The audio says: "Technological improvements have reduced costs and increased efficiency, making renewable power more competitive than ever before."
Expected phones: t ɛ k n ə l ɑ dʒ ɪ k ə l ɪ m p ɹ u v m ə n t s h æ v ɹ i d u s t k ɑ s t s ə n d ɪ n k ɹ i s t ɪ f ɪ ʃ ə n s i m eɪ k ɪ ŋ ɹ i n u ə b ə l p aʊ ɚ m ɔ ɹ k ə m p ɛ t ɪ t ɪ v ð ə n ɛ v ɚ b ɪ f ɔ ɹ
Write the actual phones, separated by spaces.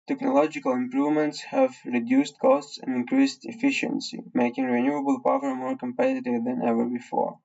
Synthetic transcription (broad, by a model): t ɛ k n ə l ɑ dʒ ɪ k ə l ɪ m p ɹ u v m ə n t s h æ v ɹ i d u s t k ɑ s t s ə n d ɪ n k ɹ i s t ɪ f ɪ ʃ ə n s i m eɪ k ɪ ŋ ɹ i n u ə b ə l p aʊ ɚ m ɔ ɹ k ə m p ɛ t ɪ t ɪ v ð ə n ɛ v ɚ b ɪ f ɔ ɹ